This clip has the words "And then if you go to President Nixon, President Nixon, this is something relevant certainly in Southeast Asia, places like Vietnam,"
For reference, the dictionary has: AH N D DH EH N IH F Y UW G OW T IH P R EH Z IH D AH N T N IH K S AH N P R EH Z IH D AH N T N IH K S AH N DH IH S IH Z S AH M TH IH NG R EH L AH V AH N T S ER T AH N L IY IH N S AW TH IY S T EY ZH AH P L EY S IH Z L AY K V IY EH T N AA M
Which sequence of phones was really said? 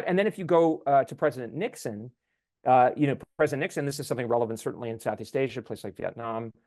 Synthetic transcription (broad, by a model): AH N DH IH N IH F Y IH G OW T IH P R EH Z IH D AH N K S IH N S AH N P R EH Z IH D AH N N IH K S AH N DH IH S IH Z S AH M TH IH NG R EH L AH V AH N T S ER T N L IY IH N S AW TH IY S T EY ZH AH P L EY IH S L AY K V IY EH T N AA M